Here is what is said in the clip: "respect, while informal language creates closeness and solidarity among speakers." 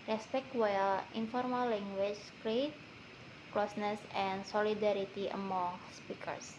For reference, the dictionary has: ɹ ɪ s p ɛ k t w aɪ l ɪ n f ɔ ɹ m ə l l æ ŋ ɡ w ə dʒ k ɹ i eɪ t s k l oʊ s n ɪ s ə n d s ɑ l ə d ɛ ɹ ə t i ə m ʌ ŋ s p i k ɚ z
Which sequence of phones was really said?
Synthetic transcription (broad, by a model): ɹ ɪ s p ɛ k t w aɪ l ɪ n f ɔ ɹ m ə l l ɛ ŋ ɡ w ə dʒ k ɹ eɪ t k l oʊ s n ɪ s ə n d s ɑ l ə d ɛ ɹ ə t i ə m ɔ ŋ s p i k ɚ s